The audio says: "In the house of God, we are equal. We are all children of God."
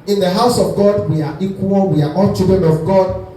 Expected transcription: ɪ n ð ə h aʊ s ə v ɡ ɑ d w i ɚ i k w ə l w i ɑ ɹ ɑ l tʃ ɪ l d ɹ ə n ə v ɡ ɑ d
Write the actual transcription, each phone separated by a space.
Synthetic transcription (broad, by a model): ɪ n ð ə h aʊ s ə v ɡ ɑ d w i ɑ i k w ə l w i ɑ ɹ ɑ n tʃ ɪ d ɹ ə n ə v ɡ ɑ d